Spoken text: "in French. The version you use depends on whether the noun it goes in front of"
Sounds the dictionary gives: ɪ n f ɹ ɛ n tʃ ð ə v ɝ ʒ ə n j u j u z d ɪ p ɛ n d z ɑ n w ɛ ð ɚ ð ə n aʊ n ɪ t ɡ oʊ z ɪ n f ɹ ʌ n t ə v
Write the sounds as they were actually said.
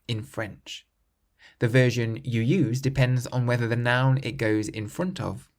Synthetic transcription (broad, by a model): ɪ n f ɹ ɛ n tʃ ð ə v ɝ ʒ ə n j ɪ j u z d ɪ p ɛ n d z n w ɛ ð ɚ ð ə n aʊ n ɪ t ɡ oʊ z ɪ n f ɹ ʌ n t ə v